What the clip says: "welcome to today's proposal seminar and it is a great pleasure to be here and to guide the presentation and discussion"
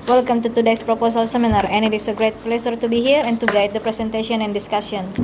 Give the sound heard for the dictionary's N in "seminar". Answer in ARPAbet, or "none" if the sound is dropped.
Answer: N